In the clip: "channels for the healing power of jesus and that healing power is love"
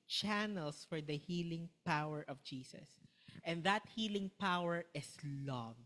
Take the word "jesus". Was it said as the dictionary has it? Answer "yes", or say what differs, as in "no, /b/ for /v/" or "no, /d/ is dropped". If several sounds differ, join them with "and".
no, /s/ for /z/